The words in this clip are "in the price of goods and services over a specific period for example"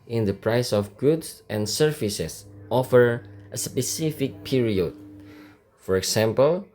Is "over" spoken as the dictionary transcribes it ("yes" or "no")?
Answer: no